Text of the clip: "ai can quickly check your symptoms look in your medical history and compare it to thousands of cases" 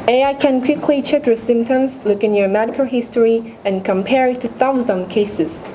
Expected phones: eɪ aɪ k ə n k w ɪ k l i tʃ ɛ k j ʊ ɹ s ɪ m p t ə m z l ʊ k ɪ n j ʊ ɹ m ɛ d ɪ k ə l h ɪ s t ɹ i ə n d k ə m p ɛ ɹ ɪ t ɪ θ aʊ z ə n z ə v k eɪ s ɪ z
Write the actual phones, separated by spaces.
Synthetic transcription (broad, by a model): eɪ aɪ k ə n k w ɪ k l i tʃ ɛ k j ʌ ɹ s ɪ m p t ə m z l ʊ k ɪ n j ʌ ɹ m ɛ d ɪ k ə l h ɪ s t ɹ i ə n k ə m p ɛ ɹ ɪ t ɪ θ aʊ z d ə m k eɪ s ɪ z